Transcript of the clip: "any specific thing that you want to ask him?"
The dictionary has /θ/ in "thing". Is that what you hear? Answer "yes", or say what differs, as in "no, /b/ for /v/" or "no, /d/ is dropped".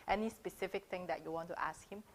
no, /t/ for /θ/